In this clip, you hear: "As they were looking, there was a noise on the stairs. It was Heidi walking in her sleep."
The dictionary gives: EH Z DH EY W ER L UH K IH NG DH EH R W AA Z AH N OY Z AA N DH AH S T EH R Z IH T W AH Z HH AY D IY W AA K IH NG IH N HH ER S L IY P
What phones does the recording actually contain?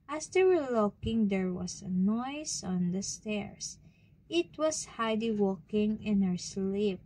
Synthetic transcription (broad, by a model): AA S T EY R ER L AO K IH NG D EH R W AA S AH N OY S AA N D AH S T EH R S IH T W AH S HH AY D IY W AA K IH NG IH N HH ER S L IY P